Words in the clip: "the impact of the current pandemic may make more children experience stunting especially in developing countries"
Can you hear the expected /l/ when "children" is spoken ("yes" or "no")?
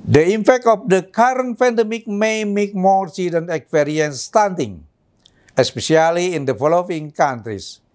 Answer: no